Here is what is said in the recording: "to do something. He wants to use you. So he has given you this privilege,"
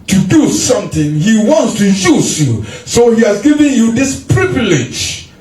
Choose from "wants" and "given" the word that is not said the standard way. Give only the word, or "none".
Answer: none